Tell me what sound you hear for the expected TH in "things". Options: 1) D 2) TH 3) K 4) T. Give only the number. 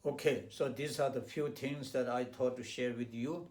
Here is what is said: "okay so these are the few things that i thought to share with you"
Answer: 4